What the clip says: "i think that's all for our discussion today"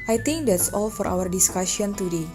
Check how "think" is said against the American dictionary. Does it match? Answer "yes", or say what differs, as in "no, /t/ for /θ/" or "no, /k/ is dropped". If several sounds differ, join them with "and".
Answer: no, /t/ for /θ/